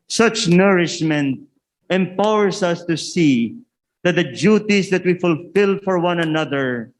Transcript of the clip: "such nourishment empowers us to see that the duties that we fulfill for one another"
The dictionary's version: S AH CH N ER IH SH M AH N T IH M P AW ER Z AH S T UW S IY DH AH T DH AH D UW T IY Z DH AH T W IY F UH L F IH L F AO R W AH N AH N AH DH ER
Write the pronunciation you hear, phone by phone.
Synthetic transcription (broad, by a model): S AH CH N ER IH SH M AH N T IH M P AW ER S AH S T UW S IY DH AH T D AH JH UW T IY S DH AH T W IY F UH L F IH L F AO R W AH N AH N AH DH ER